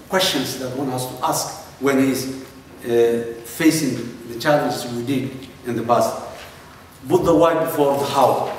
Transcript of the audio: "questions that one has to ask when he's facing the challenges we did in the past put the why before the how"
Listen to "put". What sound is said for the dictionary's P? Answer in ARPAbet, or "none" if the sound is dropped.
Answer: B